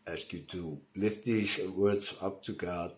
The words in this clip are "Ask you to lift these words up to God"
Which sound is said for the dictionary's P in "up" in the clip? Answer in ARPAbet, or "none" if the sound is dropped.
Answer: P